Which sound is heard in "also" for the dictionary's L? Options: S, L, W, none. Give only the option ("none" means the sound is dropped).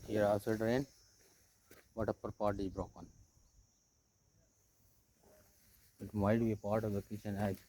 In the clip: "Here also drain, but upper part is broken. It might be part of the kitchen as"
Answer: none